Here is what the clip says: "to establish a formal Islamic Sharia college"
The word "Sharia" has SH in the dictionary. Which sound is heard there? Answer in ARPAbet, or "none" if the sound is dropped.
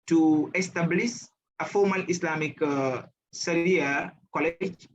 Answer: S